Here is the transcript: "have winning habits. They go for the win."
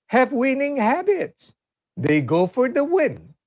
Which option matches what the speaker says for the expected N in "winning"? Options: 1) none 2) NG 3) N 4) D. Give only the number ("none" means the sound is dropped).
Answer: 3